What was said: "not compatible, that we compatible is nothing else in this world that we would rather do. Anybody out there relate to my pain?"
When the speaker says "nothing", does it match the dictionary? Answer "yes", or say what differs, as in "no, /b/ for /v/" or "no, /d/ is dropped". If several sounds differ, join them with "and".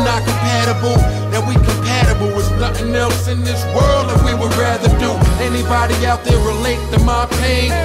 yes